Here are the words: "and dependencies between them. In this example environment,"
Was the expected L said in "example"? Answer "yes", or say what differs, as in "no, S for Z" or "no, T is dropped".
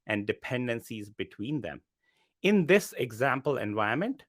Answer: yes